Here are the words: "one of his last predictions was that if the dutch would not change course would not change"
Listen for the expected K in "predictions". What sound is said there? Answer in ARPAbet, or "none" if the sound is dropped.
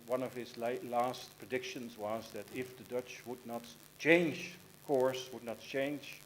K